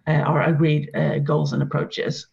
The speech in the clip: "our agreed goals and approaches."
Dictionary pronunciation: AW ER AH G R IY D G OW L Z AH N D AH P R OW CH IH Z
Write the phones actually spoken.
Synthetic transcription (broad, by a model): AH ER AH G R IY D G OW L Z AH N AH P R OW CH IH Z